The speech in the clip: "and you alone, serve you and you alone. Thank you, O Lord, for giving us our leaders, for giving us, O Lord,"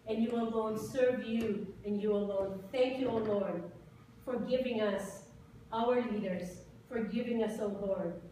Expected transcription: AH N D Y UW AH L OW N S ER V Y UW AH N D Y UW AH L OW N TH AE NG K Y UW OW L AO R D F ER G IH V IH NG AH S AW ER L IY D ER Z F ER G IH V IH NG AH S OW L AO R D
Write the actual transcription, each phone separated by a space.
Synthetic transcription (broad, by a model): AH N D Y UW AH L OW N S ER V Y UW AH N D Y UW AH L OW N TH AE NG K Y UW OW L AO R D F ER G IH V IH NG AH S AW ER L IY D ER Z F ER G IH V IH NG AH S OW L AO R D